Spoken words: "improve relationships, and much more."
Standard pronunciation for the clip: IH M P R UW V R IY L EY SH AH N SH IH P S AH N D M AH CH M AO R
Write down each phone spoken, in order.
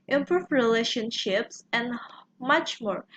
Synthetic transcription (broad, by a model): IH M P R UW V R IY L EY SH AH N SH IH P S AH N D M AH CH M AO R